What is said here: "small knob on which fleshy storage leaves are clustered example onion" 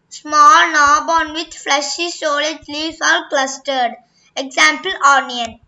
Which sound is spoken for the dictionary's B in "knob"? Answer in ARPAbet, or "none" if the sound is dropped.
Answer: B